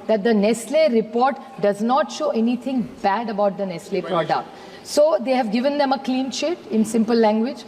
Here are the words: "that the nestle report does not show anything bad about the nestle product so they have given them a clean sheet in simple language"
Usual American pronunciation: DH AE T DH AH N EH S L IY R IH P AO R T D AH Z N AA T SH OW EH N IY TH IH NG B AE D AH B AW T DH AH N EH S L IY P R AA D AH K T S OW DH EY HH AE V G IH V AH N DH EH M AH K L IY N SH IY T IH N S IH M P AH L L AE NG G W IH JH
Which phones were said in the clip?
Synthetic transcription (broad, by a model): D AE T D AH N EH S L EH R IH P AO R T D AH Z N AA T SH OW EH N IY T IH NG B AE D AH B AW T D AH N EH S L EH P R AA D AH K T S OW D EY HH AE V G IH V AH N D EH M AH K L IY N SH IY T IH N S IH M P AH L L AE NG G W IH JH